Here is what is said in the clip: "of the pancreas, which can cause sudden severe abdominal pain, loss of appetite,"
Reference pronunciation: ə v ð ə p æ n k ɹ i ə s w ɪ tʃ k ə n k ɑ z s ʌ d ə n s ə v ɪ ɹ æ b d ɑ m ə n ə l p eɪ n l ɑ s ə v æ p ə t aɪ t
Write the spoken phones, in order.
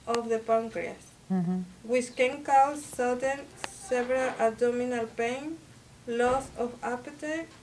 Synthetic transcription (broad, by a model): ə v ð ə p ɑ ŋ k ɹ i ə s w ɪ s k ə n k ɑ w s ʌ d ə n s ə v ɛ ɹ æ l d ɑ m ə n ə l p eɪ n l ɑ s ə f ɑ p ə t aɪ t